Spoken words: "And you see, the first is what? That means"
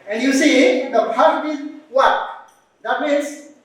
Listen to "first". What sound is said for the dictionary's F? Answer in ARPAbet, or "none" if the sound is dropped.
P